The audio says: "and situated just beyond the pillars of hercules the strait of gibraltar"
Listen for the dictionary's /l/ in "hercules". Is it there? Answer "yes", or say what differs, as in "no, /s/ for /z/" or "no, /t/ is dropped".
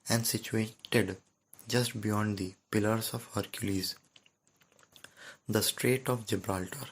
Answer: yes